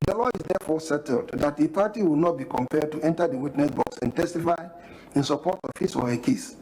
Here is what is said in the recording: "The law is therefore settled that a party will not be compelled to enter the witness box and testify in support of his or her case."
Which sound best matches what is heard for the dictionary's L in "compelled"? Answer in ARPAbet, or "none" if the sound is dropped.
none